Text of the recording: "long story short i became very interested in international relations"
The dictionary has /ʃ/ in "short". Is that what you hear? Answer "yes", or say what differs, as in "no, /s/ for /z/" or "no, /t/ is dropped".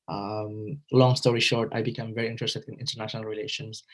yes